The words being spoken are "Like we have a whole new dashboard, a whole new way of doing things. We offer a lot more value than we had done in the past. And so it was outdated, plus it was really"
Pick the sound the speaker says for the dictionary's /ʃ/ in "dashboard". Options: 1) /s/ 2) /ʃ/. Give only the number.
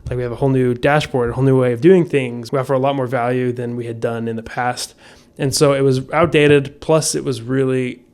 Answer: 2